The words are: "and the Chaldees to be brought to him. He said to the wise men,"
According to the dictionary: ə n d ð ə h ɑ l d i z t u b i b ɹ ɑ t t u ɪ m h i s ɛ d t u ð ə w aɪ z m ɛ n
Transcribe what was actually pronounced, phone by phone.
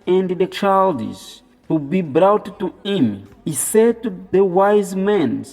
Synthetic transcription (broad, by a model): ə n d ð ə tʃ ɑ l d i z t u b i b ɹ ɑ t t u ɪ m h i s ɛ d t u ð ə w aɪ z m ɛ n